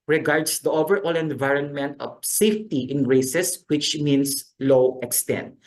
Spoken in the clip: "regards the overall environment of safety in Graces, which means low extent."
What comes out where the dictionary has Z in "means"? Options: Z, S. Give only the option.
S